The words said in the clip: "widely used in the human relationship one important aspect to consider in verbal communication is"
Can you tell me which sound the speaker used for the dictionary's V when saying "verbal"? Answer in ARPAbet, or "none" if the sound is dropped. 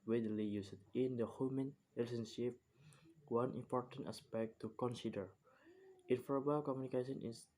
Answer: F